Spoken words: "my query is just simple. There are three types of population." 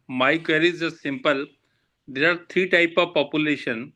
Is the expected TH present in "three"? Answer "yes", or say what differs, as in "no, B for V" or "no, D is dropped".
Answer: no, T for TH